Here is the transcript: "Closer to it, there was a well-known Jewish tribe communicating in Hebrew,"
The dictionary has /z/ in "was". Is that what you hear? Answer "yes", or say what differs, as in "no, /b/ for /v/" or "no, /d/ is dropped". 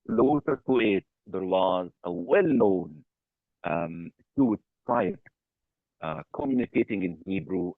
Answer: yes